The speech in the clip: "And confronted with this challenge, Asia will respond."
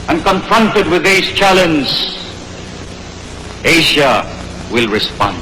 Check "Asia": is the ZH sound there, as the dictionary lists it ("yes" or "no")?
no